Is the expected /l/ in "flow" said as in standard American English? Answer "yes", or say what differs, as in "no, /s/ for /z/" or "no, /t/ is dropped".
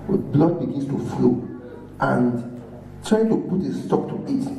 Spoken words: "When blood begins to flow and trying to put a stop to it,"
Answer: yes